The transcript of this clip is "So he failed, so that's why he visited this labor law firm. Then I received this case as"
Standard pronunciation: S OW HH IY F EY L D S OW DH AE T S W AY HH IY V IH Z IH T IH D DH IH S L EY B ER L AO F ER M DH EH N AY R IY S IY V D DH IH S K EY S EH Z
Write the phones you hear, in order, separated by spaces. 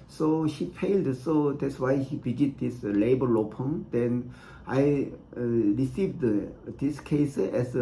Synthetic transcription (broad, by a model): S OW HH IY P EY L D S OW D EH T S W AY HH IY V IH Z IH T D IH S L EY B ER L AO P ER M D EH N AY R IY S IY V D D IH S K EY S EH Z